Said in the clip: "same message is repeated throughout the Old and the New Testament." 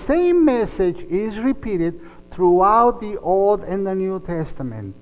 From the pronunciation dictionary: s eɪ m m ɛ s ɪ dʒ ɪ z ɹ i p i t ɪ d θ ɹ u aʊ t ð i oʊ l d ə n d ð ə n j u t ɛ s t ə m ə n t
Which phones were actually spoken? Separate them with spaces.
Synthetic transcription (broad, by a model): s eɪ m m ɛ s ɪ dʒ ɪ z ɹ i p i t ɪ d θ ɹ u aʊ t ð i oʊ l d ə n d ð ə n j u t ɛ s t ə m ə n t